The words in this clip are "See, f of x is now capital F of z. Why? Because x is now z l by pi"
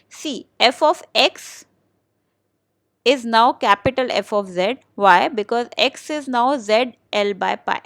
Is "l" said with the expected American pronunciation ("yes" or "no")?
yes